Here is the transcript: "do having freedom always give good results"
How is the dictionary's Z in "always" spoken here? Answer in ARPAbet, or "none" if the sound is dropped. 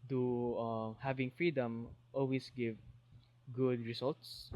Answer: S